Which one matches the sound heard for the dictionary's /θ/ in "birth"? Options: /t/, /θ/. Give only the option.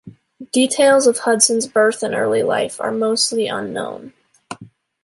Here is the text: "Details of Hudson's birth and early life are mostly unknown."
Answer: /θ/